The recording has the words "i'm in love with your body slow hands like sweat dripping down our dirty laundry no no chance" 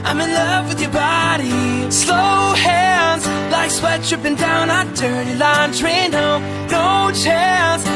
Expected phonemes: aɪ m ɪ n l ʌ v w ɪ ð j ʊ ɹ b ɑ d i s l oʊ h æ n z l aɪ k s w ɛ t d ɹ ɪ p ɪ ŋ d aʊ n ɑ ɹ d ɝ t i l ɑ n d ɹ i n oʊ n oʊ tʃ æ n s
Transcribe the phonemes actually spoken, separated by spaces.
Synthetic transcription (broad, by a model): aɪ m ɪ n l ʌ v w ɪ ð j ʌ ɹ b ɑ d i s l oʊ h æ z l aɪ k s w ɛ t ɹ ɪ p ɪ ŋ d aʊ n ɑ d ɝ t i l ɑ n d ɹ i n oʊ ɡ oʊ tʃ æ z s